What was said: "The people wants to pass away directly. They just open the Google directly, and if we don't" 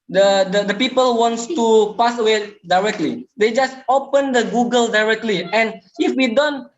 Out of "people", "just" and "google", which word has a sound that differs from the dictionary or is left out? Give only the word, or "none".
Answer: none